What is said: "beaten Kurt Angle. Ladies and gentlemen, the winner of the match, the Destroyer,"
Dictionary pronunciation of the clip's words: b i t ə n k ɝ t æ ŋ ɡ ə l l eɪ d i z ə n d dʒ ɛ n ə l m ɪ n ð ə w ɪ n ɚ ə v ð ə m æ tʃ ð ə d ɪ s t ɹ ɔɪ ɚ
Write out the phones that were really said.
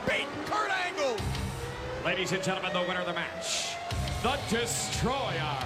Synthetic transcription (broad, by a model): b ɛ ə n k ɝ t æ ŋ ɡ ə l l eɪ d i z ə n dʒ ɛ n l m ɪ n ð ə w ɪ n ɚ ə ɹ ð ə m æ tʃ ð ə d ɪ s t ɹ ɔɪ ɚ